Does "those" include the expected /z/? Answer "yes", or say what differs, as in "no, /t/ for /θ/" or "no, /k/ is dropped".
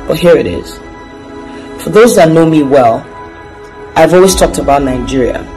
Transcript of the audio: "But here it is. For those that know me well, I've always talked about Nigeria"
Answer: yes